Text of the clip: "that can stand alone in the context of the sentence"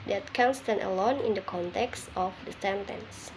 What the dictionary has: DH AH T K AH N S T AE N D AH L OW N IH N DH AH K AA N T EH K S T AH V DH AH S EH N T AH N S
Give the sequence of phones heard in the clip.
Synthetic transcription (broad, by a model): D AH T K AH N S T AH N AH L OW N IH N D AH K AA N T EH K S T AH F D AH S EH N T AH N S